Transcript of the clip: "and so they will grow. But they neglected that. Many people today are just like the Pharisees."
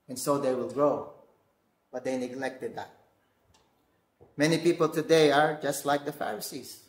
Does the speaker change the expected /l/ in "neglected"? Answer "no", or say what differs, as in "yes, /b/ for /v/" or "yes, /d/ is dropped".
no